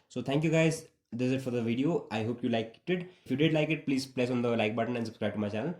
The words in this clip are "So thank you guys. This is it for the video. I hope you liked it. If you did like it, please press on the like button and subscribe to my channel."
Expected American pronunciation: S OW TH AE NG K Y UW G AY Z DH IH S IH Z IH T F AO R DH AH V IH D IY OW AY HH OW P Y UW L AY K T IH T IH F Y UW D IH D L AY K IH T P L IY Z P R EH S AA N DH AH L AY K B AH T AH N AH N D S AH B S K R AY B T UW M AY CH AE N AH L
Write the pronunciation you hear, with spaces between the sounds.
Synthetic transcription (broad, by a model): S OW T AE NG K Y UW G AY Z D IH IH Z IH T F AO R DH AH V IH D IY OW AY HH OW P Y UW L AY K T IH T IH F Y UW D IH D L AY K IH T P L IY Z P L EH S AA N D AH L AY K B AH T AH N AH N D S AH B S K R AY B T UW M AY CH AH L